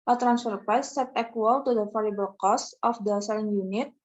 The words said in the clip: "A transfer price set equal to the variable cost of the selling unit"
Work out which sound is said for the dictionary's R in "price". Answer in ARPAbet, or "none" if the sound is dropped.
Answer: none